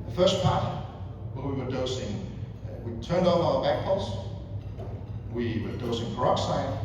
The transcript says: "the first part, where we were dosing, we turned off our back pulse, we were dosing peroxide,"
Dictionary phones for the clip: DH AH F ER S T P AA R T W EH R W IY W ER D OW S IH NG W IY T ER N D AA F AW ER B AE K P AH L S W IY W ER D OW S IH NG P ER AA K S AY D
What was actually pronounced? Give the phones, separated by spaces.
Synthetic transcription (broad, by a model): DH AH F ER S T P AA R T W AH W IY W ER D OW S IH NG W IY T ER N D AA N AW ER B AE K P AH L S W IY W ER D OW S IH NG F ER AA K S AY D